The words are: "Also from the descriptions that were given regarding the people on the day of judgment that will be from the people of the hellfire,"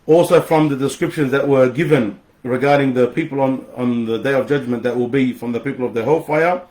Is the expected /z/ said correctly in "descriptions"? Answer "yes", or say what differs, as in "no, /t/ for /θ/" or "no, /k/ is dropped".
yes